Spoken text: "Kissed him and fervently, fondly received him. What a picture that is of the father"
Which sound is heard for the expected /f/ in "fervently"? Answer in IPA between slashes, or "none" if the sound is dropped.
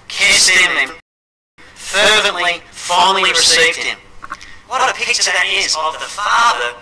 /f/